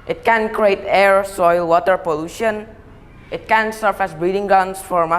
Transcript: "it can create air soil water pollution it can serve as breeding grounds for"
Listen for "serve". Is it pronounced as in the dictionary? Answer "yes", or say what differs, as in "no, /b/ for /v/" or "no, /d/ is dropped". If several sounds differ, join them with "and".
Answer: no, /f/ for /v/